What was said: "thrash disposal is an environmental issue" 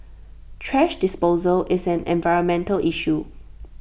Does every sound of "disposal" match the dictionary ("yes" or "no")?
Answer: yes